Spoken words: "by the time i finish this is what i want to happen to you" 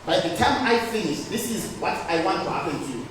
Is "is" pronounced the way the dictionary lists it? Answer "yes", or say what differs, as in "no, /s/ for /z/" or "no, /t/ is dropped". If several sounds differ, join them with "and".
yes